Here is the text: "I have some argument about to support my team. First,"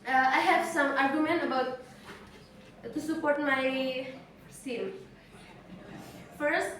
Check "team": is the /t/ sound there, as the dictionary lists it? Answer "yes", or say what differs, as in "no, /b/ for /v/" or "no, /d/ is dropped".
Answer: no, /s/ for /t/